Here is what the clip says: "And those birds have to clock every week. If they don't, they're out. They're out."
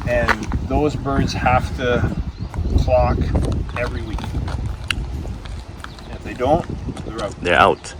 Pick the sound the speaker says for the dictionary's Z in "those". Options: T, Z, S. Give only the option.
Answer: Z